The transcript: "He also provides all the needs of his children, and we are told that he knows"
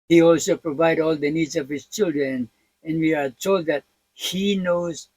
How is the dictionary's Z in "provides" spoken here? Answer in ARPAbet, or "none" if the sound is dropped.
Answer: none